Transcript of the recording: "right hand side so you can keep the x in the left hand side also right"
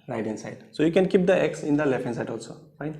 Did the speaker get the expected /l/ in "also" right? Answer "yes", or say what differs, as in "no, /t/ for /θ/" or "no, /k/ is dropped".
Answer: yes